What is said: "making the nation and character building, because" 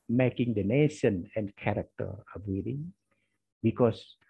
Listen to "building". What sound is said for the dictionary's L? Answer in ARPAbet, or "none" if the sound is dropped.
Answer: none